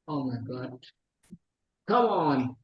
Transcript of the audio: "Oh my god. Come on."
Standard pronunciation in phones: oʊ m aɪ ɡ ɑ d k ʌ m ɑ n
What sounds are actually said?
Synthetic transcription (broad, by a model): oʊ m aɪ ɡ ɑ d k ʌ ɑ n